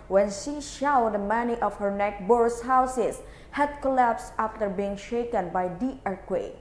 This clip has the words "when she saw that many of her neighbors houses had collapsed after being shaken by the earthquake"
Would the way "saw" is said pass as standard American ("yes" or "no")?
no